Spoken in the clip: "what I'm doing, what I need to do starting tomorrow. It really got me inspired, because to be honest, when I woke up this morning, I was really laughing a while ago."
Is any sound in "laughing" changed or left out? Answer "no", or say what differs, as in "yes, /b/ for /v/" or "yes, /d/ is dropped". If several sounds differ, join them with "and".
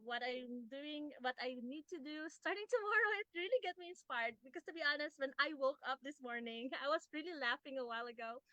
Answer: no